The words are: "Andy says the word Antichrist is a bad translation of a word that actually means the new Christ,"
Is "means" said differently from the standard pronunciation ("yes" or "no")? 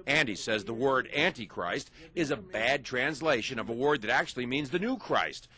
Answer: no